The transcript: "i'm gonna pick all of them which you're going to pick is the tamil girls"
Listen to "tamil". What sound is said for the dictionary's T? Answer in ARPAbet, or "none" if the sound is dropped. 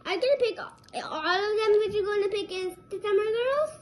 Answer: S